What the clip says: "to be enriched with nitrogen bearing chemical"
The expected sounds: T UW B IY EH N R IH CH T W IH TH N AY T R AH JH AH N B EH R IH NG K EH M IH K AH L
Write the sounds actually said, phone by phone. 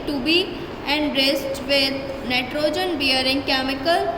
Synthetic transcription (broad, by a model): T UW B IY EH N R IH S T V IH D N AY T R AH JH AH N B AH R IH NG K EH M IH K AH L